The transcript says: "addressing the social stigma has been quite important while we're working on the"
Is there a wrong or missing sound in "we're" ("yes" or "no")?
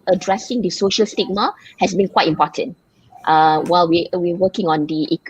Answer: yes